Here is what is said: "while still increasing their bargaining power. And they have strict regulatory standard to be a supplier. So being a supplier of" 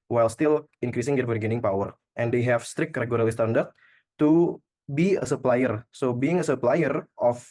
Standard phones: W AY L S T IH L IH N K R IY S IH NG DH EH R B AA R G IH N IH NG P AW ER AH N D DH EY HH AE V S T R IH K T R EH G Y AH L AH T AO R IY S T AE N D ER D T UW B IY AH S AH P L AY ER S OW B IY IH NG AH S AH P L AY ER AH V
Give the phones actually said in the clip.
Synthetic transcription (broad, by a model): W AY L S T IH L IH N K R IY S IH NG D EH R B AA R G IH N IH NG P AW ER AH N D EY HH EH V S T R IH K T R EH G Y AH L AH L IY S T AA N D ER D T UW B IY AH S AH P L AY ER S OW B IY IH NG AH S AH P L AY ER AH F